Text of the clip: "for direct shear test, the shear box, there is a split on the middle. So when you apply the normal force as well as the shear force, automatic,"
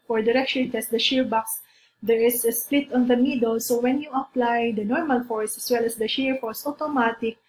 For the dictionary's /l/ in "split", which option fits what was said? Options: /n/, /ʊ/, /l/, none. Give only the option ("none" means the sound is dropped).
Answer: /l/